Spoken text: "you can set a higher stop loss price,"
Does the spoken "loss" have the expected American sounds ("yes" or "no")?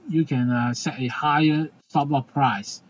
no